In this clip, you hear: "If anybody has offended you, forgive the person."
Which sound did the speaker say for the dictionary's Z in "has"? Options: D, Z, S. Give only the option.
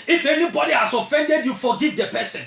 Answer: S